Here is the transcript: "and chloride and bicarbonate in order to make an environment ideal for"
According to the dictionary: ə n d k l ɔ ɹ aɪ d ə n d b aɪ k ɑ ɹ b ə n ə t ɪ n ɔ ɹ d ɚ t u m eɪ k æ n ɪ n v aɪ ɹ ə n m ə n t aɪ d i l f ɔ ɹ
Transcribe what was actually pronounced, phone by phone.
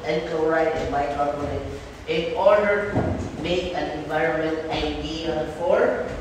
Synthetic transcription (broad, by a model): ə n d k ɔ ɹ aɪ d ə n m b aɪ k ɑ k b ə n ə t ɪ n ɔ ɹ d ɚ t u m eɪ k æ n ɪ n v aɪ ɹ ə n m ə n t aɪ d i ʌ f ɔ ɹ